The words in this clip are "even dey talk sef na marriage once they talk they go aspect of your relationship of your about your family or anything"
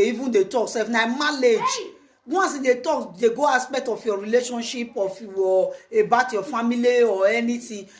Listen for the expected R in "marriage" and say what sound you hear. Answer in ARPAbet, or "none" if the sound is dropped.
L